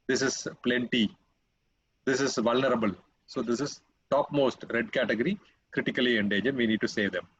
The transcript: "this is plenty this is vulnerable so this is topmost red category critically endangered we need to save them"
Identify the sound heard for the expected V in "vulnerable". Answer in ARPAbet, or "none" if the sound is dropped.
V